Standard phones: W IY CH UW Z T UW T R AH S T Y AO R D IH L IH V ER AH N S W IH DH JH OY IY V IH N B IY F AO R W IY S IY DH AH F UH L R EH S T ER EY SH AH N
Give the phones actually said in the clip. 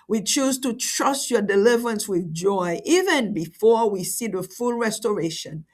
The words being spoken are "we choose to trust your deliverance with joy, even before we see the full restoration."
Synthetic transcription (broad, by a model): W IY CH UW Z T UW T R AH S T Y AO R D IH L IH V ER AH N S W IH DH JH OY IY V IH N B IY F AO R W IY S IY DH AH F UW L R EH S T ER EY SH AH N